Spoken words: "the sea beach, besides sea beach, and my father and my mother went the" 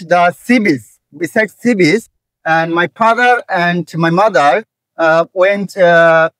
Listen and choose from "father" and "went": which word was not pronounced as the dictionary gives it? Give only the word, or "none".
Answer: none